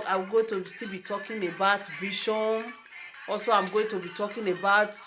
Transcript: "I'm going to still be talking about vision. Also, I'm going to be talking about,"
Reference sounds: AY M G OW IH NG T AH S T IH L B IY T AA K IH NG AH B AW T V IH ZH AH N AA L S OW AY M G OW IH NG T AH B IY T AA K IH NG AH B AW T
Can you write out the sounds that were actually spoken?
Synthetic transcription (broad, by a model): AY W G OW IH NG T AH S T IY L B IY T AA K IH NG AH B AW T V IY SH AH N AA L S OW AY M G OW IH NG T AH B IY T AA K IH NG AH B AW T